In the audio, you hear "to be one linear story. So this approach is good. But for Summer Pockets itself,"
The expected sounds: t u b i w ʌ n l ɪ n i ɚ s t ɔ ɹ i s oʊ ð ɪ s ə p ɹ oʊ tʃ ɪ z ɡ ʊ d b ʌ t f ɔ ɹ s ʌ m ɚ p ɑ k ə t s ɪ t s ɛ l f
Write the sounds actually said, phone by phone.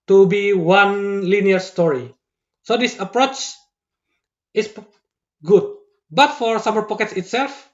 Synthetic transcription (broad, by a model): t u b i w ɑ n l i n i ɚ s t ɔ ɹ i s oʊ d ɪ s ə p ɹ oʊ tʃ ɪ s ɡ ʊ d b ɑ t f ɔ ɹ s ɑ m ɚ p ɑ k ə t s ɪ t s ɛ l f